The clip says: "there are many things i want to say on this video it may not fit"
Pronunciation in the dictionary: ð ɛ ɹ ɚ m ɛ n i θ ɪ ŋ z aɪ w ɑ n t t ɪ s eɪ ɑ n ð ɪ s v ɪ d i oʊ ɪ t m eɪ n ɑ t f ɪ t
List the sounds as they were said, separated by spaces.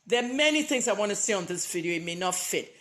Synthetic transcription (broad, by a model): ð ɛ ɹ m ɛ n i θ ɪ ŋ z aɪ w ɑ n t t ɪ s eɪ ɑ n ð ɪ s v ɪ d i oʊ ɪ t m eɪ n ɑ t f ɪ t